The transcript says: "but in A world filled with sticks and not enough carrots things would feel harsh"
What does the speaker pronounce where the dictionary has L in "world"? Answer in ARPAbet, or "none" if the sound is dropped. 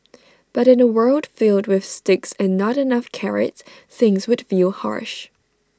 L